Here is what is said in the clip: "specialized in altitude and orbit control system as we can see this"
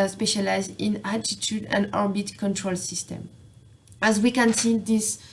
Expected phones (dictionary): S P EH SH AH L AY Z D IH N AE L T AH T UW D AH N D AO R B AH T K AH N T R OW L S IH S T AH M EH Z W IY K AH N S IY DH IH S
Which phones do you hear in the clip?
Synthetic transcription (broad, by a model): S P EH SH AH L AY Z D IH N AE T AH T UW D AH N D AO R B AH T K AH N T R OW L S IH S T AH M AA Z W IY K AH N S IY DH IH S